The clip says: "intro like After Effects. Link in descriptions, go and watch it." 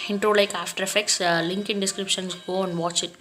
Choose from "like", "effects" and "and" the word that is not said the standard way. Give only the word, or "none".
none